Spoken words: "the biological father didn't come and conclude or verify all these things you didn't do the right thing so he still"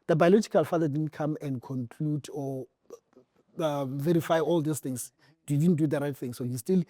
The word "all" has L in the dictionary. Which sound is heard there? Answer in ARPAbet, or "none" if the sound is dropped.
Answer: L